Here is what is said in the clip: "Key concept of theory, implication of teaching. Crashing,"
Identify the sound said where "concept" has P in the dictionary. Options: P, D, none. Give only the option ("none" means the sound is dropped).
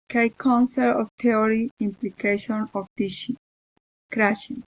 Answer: none